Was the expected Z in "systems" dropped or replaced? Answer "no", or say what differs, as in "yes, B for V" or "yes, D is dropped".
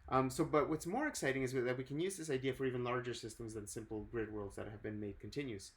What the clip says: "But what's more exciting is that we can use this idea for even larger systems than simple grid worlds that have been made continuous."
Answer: no